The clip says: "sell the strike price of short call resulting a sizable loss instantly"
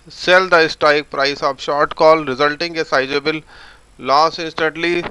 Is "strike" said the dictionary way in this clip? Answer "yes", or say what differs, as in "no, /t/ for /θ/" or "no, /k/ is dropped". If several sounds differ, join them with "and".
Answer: no, /ɹ/ is dropped